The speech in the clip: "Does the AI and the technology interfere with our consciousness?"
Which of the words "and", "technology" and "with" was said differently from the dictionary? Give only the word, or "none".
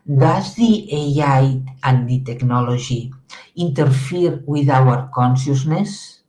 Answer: technology